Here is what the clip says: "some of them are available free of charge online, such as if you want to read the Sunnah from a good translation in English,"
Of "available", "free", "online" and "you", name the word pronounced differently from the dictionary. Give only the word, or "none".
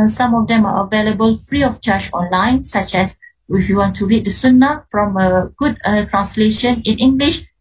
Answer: none